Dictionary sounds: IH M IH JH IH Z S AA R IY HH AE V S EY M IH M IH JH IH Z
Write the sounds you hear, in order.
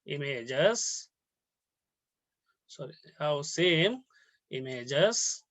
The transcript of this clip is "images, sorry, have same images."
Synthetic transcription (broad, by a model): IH M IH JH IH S S AA R IY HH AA W S EY M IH M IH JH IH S